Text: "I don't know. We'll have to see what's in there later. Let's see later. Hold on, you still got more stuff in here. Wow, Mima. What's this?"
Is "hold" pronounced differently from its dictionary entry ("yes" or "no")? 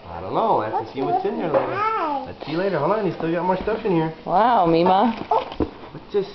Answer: yes